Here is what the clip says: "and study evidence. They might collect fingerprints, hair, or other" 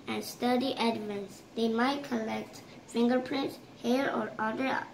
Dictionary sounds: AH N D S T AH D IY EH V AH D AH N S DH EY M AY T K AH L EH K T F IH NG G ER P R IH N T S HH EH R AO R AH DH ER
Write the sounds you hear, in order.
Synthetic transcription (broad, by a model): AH N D S T AH D IY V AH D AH N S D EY M AY T K AH L EH K T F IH NG G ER P R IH N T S HH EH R AO R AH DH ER